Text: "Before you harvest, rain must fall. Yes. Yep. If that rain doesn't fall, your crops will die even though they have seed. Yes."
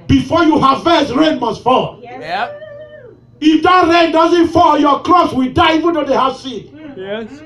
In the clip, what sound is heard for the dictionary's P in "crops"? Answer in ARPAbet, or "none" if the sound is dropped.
none